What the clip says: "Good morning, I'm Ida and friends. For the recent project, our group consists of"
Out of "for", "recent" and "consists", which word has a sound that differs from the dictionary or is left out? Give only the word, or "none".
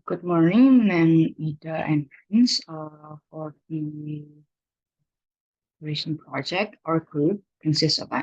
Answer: recent